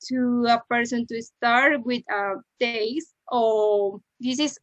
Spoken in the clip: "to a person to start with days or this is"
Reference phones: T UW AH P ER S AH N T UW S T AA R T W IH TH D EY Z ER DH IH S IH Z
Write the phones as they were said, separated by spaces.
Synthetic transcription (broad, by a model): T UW AH P ER S AH N T UW S T AA R T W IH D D EY S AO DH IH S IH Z